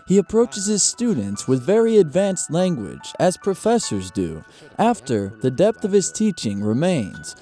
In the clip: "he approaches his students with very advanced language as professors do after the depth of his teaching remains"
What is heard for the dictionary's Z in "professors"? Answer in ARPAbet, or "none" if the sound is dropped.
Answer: Z